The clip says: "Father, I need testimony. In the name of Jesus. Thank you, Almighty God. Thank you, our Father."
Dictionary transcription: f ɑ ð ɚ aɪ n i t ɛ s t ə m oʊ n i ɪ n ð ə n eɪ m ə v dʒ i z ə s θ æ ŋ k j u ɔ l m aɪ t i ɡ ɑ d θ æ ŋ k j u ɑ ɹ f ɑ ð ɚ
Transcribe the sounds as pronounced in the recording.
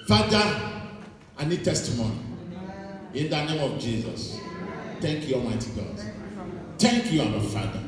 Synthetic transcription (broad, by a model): f ɑ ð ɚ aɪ n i t ɛ s t ə m oʊ n i ɪ n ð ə n eɪ m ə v dʒ i z ə s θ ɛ ŋ k j u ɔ m aɪ t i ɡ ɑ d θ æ ŋ k j u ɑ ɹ f ɑ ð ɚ